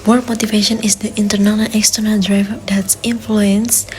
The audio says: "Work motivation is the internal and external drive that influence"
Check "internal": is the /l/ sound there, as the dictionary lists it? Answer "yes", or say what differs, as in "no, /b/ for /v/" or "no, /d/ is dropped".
no, /n/ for /l/